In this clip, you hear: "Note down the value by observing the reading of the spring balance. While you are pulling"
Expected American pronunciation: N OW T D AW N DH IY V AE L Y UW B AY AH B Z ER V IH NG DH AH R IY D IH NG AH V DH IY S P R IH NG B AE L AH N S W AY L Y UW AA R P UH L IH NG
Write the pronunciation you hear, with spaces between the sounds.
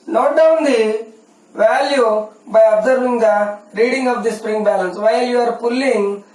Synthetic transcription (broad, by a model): N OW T D AW N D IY V AE L Y UW B AY AH B Z ER V IH NG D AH R IY D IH NG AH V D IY S P R IH NG B AE L AH N S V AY L Y UW AA R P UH L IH NG